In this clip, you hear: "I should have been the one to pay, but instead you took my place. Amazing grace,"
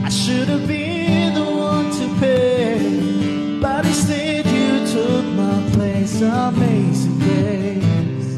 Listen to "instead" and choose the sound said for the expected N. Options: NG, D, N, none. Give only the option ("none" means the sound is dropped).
none